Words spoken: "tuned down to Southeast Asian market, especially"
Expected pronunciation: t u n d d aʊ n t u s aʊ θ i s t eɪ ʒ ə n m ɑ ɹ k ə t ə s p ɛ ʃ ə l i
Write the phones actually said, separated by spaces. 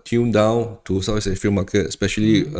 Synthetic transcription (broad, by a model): t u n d d aʊ n t u s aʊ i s eɪ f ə l m ɑ k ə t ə s p ɛ ʃ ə l i